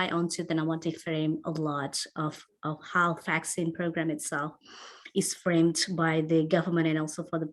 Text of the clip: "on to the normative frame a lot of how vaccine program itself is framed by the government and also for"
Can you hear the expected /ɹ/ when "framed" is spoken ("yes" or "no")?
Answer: yes